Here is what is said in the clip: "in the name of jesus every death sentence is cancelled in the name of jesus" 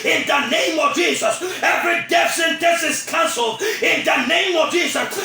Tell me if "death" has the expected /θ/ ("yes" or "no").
no